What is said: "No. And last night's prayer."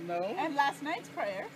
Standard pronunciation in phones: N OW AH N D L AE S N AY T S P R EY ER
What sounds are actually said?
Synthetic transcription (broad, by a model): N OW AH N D L AE S N AY T S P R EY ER